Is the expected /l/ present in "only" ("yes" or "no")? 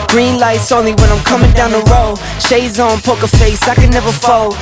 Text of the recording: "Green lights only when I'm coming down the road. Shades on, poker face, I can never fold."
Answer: yes